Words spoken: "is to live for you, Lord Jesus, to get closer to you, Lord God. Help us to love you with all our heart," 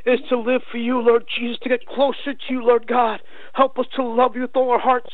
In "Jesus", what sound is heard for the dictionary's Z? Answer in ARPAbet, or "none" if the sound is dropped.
Z